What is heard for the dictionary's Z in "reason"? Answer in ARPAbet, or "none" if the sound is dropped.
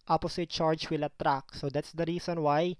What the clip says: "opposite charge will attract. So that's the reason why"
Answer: S